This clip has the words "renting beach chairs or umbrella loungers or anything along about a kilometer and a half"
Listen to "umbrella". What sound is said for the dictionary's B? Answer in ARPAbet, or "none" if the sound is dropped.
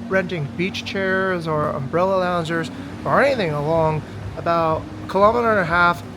B